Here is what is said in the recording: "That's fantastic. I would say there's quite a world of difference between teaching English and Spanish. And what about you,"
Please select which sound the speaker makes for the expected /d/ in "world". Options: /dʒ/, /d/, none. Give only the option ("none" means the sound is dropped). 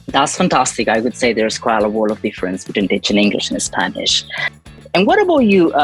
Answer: none